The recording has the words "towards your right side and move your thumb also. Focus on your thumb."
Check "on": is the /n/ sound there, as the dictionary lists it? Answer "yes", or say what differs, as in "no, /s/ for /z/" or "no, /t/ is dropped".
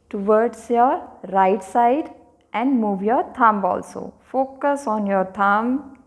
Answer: yes